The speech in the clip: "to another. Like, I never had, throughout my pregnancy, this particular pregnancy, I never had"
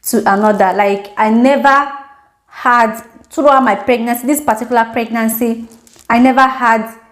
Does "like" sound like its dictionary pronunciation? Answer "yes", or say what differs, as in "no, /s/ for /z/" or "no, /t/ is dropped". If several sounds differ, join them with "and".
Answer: yes